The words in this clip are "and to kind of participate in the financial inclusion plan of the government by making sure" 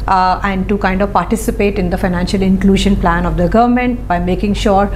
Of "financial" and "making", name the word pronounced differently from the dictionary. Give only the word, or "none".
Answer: none